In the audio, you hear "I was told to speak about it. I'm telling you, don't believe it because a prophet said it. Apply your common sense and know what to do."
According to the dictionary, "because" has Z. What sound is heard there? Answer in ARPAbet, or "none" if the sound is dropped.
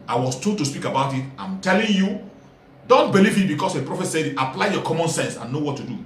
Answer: S